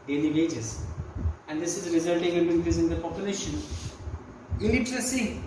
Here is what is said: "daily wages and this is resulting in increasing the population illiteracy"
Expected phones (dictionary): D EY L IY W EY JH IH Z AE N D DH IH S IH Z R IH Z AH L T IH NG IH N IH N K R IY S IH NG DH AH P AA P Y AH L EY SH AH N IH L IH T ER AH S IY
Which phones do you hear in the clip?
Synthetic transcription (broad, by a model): D EY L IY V EY JH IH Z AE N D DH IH S IH Z R IH Z AH L T IH NG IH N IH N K IY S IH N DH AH P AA P Y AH L EY SH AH N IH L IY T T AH S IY